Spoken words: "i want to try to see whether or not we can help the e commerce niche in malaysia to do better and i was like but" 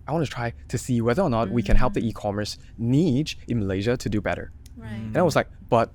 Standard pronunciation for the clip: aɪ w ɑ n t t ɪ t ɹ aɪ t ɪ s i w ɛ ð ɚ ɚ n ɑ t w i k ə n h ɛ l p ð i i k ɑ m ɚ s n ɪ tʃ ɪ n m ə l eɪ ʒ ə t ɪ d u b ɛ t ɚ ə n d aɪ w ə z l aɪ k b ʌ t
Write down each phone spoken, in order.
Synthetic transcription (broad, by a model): aɪ w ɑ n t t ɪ t ɹ aɪ t ɪ s i w ɛ ð ɚ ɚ n ɑ t w i k ə n h ɛ l p ð i i k ɑ m ɚ s n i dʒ ɪ n m ə l eɪ ʒ ə t ɪ d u b ɛ t ɚ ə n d aɪ w ə z l aɪ k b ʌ t